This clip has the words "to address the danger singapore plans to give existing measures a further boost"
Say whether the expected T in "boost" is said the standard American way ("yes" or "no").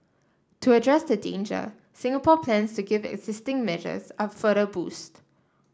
yes